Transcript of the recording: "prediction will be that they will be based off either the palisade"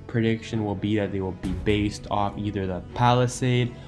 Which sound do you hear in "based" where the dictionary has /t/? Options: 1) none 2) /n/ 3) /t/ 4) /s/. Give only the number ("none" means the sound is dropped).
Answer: 3